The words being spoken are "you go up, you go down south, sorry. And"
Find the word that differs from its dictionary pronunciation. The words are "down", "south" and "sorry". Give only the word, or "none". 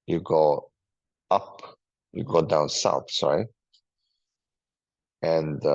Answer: sorry